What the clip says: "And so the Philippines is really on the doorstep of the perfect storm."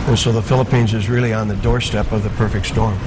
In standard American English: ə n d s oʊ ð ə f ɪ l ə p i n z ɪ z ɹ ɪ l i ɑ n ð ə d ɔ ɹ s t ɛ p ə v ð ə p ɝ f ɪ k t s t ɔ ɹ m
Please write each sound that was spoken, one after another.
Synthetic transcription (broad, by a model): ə n s oʊ ð ə f ɪ l ə p i n z ɪ z ɹ ɪ l i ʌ n ð ə d ɔ ɹ s t ɛ p ə v ð ə p ɝ f ɪ k t s t ɔ ɹ m